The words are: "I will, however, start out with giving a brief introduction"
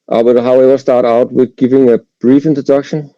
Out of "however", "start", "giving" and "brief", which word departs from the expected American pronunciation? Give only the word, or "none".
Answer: however